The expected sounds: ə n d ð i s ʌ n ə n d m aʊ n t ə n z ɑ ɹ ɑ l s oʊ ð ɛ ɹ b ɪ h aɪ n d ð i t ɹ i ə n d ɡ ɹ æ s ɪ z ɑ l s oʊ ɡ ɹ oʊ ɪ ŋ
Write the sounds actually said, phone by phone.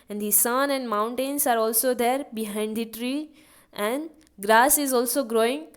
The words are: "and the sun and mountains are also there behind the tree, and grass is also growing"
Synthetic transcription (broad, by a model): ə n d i s ʌ n ə n d m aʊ n t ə n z ɑ ɹ ɑ l s oʊ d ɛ ɹ b ɪ h aɪ n d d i t ɹ i ə n d ɡ ɹ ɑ s ɪ z ɑ l s oʊ ɡ ɹ oʊ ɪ ŋ